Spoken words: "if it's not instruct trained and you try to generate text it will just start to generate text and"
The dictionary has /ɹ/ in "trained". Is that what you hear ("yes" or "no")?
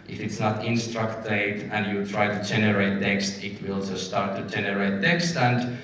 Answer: no